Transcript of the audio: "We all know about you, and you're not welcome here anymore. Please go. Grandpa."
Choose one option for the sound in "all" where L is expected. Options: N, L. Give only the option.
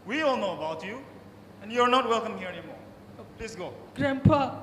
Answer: L